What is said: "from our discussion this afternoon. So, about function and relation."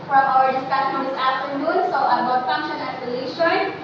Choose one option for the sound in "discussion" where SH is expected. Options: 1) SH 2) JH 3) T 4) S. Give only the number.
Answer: 4